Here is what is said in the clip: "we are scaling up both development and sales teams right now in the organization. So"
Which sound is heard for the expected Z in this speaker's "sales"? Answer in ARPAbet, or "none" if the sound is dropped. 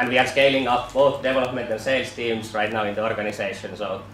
S